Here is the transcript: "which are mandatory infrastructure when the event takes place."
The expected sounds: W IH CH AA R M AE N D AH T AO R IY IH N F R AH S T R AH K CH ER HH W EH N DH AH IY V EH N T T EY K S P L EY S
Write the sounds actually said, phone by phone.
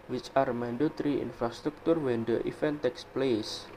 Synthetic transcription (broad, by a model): W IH CH AA R M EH N D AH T R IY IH N F R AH S T R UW K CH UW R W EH N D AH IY F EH N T T EY K S P L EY S